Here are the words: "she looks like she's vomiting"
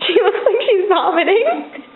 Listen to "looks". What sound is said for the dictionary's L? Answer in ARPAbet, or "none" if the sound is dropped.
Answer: W